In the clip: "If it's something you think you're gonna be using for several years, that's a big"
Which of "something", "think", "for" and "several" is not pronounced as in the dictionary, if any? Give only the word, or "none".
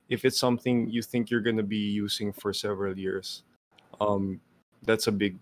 none